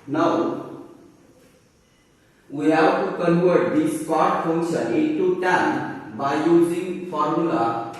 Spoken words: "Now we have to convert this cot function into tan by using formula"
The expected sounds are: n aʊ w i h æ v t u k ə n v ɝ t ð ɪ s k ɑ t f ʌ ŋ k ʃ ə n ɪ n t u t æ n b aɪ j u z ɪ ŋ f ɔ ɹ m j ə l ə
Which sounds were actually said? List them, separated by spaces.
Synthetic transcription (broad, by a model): n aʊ w i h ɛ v t u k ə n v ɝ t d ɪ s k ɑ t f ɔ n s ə ɪ t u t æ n b aɪ j u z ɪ ŋ f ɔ ɹ m j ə l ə